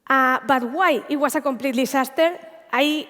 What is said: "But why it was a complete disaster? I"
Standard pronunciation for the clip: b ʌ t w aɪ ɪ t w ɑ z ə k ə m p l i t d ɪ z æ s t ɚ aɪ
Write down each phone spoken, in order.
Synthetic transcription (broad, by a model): b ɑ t w aɪ ɪ t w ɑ s ə k ə m p l i t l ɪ s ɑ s t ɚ aɪ